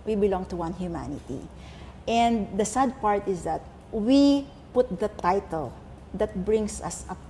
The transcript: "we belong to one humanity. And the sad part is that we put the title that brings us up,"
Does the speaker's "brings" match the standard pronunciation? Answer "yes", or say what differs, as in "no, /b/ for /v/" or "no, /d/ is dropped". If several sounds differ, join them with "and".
no, /s/ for /z/